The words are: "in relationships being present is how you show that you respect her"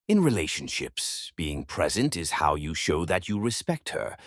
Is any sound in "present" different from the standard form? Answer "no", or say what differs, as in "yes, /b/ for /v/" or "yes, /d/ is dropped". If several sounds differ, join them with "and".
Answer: no